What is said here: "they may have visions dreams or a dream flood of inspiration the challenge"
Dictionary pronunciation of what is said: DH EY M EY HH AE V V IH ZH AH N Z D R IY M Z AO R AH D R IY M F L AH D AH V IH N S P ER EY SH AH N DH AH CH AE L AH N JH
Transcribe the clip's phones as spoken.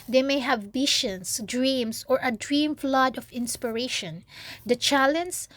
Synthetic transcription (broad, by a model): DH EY M EY HH AE V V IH SH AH N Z D R IY M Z AO R AH D R IY M F L AH D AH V IH N S P ER EY SH AH N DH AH CH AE L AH N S